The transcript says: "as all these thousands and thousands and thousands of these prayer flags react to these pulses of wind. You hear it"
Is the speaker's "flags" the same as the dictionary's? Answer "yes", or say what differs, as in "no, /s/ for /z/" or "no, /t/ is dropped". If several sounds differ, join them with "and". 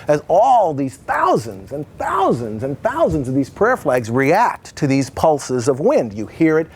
yes